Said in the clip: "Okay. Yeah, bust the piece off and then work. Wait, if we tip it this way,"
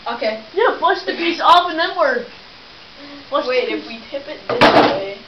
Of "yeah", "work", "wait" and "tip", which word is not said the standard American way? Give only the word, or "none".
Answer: wait